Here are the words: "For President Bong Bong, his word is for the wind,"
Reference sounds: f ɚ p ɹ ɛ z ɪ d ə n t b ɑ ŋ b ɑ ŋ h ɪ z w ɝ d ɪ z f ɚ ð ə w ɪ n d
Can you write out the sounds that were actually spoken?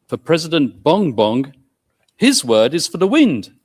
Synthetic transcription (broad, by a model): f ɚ p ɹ ɛ z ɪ d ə n b ɑ ŋ b ɑ ŋ h ɪ z w ɝ d ɪ z f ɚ ð ə w ɪ n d